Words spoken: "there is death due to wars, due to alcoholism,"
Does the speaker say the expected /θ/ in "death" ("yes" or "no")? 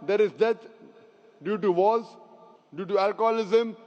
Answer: no